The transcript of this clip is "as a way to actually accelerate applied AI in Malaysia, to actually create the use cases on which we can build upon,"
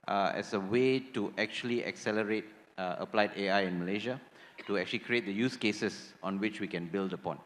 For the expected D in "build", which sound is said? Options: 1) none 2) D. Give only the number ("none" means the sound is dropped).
2